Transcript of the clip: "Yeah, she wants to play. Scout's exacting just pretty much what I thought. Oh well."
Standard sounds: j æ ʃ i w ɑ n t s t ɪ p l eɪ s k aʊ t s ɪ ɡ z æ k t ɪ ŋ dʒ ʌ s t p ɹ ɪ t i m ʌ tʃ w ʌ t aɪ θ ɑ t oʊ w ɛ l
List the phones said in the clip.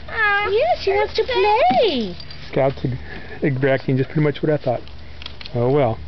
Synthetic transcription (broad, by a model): j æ s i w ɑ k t t ɪ p l eɪ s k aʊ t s ɪ ɡ z æ k t ɪ ŋ dʒ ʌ s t p ɹ ɪ t i m ʌ tʃ w ʌ t aɪ θ ɑ t oʊ w ɛ l